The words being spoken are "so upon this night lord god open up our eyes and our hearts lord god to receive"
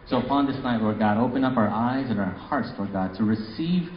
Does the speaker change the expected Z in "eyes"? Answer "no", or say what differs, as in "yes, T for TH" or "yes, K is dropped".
no